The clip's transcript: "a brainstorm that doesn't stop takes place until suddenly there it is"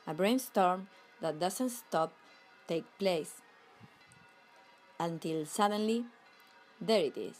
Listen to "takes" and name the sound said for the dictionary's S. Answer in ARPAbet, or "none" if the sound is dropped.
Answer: none